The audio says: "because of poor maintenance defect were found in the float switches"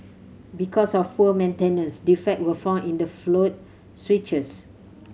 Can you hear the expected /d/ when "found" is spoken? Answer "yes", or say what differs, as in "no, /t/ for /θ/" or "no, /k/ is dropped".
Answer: no, /d/ is dropped